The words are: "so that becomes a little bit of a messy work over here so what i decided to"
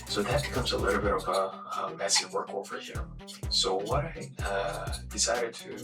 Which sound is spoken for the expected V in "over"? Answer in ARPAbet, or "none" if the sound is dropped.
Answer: F